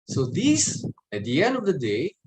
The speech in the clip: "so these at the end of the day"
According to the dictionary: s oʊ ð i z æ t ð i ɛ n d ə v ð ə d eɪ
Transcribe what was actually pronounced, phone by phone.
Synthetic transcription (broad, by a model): s oʊ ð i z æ t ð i ɛ n d ə v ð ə d eɪ